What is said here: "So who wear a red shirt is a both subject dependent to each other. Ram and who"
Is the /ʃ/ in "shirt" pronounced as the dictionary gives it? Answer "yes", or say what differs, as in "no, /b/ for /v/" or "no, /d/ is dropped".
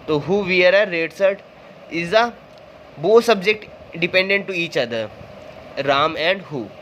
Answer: no, /s/ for /ʃ/